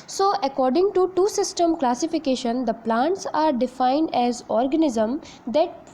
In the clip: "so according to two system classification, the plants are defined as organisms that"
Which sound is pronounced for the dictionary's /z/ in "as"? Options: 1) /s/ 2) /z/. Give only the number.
2